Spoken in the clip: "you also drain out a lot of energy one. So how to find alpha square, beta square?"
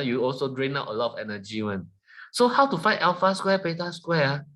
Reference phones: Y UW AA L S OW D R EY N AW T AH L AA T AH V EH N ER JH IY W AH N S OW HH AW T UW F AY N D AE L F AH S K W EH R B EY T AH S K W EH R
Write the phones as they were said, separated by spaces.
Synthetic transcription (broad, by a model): Y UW AA L S OW D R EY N AW T AH L AA T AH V EH N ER JH IY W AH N S OW HH AW T UW F AY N EH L F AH S K W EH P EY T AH S K W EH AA